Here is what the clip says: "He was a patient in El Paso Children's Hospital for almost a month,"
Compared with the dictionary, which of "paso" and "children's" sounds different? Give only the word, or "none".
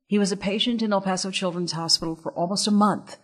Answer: none